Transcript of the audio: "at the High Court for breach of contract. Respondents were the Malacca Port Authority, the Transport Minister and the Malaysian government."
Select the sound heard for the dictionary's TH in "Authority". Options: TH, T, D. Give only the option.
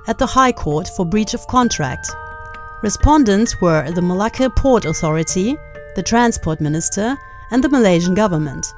TH